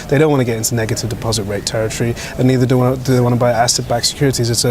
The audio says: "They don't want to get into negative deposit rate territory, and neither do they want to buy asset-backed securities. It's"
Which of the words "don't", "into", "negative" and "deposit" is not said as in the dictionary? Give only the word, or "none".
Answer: none